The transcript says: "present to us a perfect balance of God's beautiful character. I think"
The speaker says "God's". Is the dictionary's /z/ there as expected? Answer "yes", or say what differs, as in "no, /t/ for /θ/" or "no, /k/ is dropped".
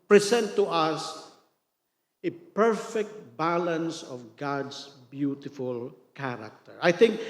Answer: no, /s/ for /z/